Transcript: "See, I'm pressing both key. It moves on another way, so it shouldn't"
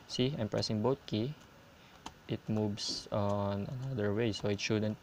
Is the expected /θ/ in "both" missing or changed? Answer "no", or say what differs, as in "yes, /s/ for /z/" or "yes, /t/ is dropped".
yes, /t/ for /θ/